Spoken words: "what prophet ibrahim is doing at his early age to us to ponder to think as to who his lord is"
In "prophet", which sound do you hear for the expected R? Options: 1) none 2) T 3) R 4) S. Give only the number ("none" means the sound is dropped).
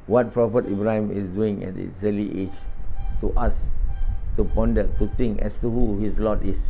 3